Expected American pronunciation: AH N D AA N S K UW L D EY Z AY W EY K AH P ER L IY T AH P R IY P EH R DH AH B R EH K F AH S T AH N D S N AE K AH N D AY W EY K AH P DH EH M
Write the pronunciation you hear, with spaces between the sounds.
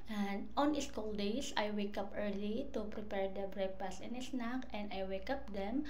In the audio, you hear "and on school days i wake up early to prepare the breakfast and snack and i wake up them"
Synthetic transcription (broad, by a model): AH N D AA N S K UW L D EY S AY W EY K AH P ER L IY T AH P R IY P EH R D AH B R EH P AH S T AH N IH S N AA K AH N D AY W EY K AH P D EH M